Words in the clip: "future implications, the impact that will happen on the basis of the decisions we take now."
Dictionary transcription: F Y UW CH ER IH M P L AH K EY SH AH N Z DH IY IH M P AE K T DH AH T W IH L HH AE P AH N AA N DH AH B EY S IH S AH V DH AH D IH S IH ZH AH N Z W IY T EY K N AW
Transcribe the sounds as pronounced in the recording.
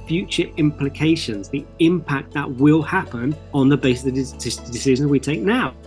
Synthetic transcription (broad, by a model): F Y UW CH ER IH M P L AH K EY SH AH N Z DH IY IH M P AE K T DH AH T W IH L HH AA P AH N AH N DH AH B EY S IH S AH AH D IH S IH ZH AH N Z W IY T EY K N AW